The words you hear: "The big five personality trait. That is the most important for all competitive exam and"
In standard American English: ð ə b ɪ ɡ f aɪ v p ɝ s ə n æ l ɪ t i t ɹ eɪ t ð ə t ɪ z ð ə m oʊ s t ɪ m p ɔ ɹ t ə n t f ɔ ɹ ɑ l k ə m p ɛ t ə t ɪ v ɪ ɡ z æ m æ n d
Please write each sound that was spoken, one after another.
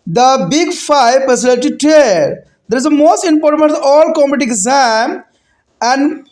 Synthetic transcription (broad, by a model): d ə b ɪ ɡ f aɪ v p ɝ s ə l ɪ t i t eɪ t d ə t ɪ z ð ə m oʊ s t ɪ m p ɔ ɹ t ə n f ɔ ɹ ɑ l k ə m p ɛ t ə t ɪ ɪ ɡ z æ m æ n d